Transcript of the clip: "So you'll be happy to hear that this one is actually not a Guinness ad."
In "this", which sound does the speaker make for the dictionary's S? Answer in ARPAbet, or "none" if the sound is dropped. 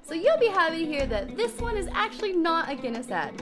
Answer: S